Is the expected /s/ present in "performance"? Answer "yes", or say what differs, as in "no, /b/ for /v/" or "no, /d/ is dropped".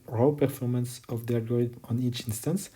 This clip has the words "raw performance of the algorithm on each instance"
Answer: yes